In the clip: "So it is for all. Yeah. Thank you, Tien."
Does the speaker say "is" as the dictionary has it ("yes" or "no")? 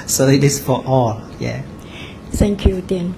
no